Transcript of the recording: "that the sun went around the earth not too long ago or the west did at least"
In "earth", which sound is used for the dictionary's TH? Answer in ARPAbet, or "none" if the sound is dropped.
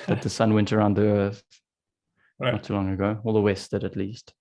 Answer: TH